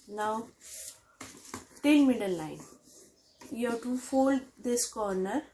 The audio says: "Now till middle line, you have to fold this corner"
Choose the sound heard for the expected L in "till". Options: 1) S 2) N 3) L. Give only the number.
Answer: 2